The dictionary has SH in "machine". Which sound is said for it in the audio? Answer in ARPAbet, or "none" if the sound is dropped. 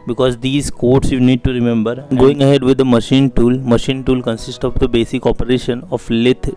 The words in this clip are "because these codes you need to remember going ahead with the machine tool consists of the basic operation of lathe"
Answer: SH